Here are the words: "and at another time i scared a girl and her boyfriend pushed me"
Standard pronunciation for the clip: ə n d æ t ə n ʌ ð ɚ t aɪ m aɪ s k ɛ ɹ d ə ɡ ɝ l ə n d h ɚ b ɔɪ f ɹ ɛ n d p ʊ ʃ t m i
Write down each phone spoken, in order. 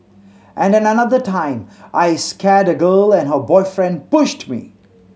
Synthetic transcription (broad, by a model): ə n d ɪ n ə n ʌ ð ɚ t aɪ m aɪ s k ɛ ɹ d ə ɡ ɝ l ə n h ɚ b ɔɪ f ɹ ɛ n d p ʊ ʃ t m i